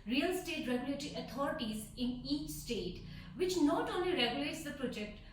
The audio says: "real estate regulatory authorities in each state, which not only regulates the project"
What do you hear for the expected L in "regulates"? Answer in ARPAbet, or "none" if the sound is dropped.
L